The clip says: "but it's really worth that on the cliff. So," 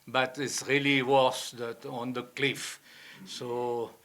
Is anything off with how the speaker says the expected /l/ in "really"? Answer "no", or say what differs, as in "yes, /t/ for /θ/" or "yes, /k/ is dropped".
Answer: no